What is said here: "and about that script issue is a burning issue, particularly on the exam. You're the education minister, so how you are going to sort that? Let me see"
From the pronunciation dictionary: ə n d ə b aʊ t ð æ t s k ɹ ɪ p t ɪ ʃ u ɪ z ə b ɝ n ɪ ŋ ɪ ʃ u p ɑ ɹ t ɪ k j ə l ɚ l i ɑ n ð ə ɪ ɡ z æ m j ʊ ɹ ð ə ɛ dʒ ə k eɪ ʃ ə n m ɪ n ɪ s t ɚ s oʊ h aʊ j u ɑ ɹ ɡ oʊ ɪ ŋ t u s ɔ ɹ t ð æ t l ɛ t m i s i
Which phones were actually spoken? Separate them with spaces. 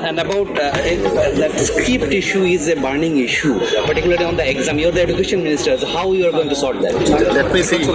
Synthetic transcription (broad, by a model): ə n d ə b aʊ t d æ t s k ɪ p t ɪ ʃ u ɪ z ə b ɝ n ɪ ŋ ɪ ʃ u p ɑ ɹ t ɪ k j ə l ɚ l i ɑ n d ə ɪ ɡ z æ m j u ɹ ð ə ɛ dʒ ə k eɪ ʃ ə n m ɪ n ɪ s t ɚ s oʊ h aʊ j u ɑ ɹ ɡ oʊ ɪ ŋ t u s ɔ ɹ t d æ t l ɛ t m i s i